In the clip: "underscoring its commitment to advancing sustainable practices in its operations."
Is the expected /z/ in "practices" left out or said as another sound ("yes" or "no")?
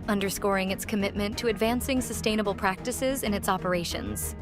no